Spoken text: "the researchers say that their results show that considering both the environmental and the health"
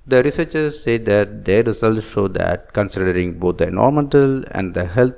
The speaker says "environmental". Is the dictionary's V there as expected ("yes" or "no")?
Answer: no